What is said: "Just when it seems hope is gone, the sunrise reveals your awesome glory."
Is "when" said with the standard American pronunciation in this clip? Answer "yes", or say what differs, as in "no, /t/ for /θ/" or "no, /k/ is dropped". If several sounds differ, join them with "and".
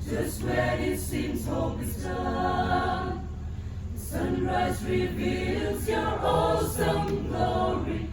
no, /n/ is dropped